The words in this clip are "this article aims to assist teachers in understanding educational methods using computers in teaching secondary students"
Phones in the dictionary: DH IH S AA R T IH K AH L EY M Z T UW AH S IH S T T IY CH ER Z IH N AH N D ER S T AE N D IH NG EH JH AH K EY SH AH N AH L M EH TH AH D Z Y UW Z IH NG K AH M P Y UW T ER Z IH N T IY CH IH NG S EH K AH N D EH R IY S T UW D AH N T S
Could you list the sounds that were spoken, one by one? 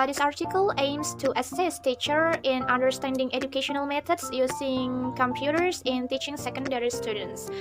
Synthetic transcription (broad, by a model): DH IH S AA R T IH K AH L EY M S T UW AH S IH S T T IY CH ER IH N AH N D ER S T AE N D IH NG EH JH AH K EY SH AH N AH L M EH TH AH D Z Y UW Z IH NG K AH M P Y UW T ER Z IH N T IY CH IH NG S EH K AH N D EH R IY S T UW D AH N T S